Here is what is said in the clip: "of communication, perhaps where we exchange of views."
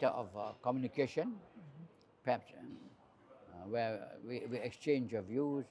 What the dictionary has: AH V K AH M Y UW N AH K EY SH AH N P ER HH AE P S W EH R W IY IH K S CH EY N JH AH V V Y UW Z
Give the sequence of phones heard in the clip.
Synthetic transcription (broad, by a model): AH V K AH M Y UW N AH K EY SH AH N P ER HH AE P S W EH W W IY IH K S CH EY N JH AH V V Y UW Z